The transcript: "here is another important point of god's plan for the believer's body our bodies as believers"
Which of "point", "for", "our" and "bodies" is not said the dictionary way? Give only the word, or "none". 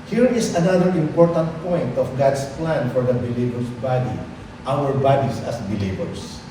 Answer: bodies